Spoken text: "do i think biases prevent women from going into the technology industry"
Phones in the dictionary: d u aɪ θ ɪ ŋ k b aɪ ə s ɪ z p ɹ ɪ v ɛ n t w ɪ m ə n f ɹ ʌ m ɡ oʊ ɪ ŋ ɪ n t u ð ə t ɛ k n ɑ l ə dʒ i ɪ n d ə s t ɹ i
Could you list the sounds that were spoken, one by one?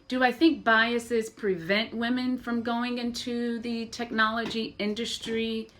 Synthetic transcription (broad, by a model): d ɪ aɪ θ ɪ ŋ k b aɪ ə s ɪ z p ɹ ɪ v ɛ n t w ɪ m ə n f ɹ ʌ m ɡ oʊ ɪ ŋ ɪ n t u ð ə t ɛ k n ɑ l ə dʒ i ɪ n d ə s t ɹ i